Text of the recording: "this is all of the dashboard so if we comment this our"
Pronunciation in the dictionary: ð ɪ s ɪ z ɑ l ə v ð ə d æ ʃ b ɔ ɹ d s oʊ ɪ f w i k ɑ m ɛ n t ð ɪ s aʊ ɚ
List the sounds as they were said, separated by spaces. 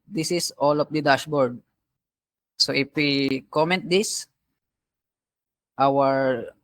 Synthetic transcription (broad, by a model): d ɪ s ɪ s ɑ l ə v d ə d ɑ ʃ b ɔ ɹ d s oʊ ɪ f w i k ɑ m ɛ n t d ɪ s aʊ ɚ